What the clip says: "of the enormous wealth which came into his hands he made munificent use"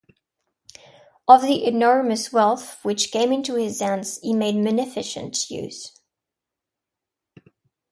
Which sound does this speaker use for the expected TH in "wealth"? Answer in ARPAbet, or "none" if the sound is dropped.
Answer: TH